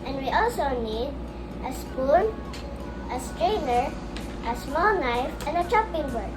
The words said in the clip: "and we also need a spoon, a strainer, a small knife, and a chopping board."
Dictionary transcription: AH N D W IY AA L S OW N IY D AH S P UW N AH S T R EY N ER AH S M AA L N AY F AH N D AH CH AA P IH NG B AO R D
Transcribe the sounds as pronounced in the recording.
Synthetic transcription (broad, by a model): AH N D W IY AA L S OW N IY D AH S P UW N AH S T R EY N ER AH S M AA L N AY F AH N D AH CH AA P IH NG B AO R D